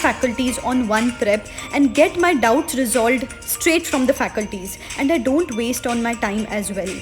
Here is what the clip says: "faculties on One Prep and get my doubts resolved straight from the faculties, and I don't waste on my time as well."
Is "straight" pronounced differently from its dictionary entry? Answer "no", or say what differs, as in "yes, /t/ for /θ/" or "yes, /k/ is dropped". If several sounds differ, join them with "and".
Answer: no